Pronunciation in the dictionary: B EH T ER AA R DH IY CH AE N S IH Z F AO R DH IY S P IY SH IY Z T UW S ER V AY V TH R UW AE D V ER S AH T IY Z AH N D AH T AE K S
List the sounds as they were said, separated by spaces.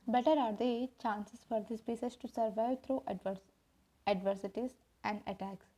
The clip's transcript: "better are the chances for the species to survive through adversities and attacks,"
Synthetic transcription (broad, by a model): B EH T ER AA R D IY CH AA N S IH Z F AO R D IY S P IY S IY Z T UW S ER V AY V T R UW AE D V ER S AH T IY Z AH N D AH T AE K S